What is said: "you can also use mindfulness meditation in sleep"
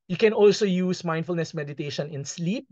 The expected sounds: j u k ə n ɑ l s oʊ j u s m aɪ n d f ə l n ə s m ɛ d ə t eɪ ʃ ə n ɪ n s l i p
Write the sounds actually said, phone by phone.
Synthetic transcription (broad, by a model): j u k ə n ɑ l s oʊ j u s m aɪ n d f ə l n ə s m ɛ d ə t eɪ ʃ ə n ɪ n s l i p